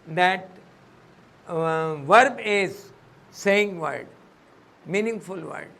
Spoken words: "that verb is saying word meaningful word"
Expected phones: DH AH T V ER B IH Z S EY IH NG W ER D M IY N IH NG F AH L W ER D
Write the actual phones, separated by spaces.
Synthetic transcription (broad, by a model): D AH T V ER B IH Z S EY IH NG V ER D M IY N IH NG F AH L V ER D